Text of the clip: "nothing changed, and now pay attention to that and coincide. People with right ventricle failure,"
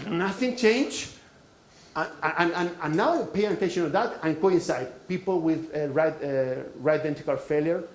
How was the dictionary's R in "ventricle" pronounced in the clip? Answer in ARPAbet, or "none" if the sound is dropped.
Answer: none